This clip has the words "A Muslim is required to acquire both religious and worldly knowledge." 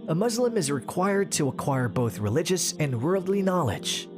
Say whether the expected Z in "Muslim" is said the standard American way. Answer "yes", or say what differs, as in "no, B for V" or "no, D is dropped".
yes